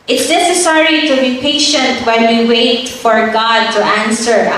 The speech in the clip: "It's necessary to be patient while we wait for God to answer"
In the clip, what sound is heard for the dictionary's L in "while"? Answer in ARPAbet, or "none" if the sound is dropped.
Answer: N